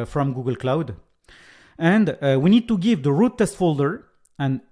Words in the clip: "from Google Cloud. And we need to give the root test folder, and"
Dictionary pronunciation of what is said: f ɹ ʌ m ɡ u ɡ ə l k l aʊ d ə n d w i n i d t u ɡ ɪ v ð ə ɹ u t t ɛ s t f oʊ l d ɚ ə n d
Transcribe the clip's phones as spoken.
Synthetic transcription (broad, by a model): f ɹ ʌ m ɡ u ɡ ə l k l aʊ d ə n d w i n i d t u ɡ ɪ v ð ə ɹ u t t ɛ s t f oʊ l d ɚ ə n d